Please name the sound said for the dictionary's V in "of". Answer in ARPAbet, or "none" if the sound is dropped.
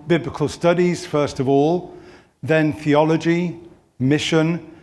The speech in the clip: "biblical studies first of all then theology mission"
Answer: V